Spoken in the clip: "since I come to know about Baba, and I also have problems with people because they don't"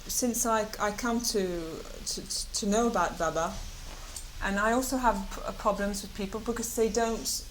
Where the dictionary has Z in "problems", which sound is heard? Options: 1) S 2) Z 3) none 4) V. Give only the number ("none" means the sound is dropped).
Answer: 2